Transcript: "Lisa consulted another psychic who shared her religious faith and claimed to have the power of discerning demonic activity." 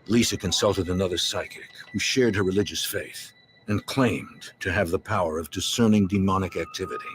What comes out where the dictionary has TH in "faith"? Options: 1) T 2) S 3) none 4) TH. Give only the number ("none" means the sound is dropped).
4